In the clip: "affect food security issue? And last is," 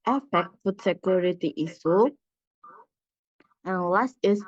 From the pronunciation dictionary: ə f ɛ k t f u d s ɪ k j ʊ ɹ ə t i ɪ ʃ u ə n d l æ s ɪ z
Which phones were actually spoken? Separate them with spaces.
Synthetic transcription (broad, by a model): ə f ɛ k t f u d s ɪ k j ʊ ɹ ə t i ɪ s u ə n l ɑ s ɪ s